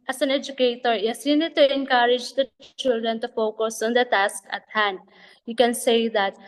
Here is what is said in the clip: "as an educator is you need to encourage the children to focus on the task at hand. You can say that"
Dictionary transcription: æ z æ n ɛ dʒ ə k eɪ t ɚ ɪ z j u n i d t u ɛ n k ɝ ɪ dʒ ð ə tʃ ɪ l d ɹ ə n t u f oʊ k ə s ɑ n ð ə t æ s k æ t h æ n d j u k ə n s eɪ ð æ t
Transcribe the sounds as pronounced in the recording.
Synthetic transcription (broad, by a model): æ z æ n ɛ dʒ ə k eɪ t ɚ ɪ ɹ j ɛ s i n t u ɛ n k ɝ ɪ dʒ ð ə tʃ ɪ l d ɹ ə n t u f oʊ k ə s ɑ n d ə t æ s k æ t h æ n d j u k ə n s eɪ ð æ t